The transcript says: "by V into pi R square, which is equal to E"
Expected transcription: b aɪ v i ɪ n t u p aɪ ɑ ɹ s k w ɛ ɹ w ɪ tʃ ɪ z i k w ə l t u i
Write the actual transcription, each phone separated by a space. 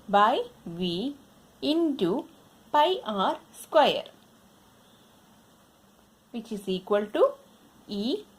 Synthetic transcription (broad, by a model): b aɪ v i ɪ n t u p aɪ ɑ ɹ s k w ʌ ɹ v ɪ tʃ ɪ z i k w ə l t u i